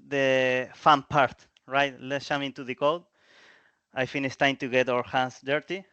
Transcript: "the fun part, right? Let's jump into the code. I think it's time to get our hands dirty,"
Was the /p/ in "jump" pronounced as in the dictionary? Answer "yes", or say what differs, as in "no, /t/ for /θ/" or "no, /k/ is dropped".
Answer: no, /p/ is dropped